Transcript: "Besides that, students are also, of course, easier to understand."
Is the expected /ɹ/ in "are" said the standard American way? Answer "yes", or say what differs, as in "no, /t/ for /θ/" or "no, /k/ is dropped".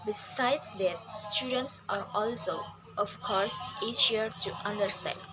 yes